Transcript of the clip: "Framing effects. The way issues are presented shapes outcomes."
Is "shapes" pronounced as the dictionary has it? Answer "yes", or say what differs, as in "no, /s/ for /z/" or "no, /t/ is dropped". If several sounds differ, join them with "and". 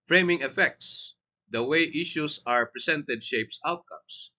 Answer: yes